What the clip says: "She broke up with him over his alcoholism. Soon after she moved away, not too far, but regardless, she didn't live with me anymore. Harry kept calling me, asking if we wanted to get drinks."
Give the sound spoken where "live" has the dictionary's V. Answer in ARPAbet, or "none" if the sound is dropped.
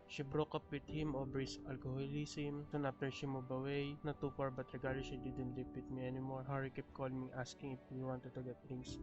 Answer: P